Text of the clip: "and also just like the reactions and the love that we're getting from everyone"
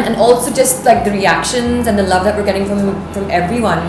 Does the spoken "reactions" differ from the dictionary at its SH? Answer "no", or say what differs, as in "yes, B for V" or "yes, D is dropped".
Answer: no